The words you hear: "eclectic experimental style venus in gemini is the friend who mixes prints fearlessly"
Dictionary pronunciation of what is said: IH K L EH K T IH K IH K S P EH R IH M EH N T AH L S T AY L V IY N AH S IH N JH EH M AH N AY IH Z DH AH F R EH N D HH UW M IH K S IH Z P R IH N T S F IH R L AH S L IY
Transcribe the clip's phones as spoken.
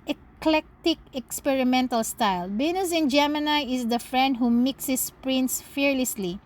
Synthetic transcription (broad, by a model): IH K L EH K T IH K IH K S P EH R IH M EH N T AH L S T AY L B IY N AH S IH N JH EH M AH N AY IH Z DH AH F R EH N D HH UW M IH K S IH S P R IH N T S F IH R L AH S L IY